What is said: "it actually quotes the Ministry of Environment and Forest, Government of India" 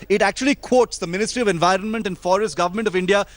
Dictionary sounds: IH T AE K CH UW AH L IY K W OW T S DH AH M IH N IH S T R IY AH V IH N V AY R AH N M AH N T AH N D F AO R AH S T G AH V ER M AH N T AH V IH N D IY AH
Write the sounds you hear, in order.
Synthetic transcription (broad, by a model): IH T AE K CH UW AH L IY K W OW T S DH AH M IH N IH S T R IY AH V IH N V AY R AH N M AH N T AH N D F AO R AH S T G AH V ER M AH N T AH V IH N D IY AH